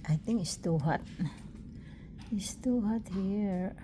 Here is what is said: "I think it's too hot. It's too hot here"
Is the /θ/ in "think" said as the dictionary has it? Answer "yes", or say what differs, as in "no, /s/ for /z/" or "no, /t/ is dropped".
no, /t/ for /θ/